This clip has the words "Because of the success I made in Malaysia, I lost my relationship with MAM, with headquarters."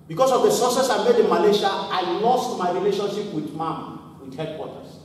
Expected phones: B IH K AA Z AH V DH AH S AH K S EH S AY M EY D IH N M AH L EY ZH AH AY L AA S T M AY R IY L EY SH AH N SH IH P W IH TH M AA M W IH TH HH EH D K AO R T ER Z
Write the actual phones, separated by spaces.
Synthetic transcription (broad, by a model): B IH K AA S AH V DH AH S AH S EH S AY M EY D IH N M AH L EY SH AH AY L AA S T M AY R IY L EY SH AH N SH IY P W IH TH M AA M W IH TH HH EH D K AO T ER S